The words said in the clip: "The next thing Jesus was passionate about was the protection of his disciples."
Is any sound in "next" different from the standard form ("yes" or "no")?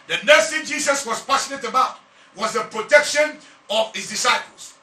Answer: yes